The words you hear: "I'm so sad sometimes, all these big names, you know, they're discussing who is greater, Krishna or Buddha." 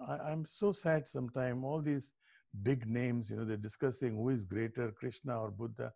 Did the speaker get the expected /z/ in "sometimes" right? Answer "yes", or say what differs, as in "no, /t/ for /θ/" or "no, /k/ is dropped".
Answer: no, /z/ is dropped